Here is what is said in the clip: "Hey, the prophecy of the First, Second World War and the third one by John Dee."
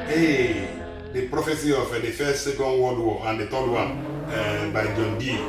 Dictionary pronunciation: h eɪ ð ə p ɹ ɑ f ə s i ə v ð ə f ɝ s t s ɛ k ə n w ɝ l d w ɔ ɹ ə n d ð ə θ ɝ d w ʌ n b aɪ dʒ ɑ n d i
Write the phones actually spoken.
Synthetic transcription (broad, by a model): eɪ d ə p ɹ ɑ f ə s i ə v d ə f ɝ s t s ɛ k ə n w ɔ d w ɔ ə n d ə t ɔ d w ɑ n b aɪ dʒ ɑ n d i